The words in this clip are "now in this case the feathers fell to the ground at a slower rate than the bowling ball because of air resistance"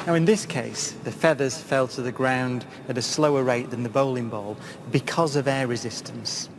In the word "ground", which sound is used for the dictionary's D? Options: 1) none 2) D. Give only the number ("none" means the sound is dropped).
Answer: 2